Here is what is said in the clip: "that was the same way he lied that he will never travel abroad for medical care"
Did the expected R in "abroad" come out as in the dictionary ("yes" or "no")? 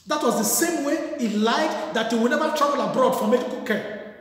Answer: yes